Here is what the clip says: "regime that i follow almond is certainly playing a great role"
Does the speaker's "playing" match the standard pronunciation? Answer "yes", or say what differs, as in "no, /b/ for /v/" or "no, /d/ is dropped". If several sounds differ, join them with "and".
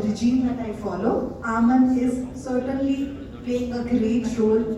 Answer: no, /l/ is dropped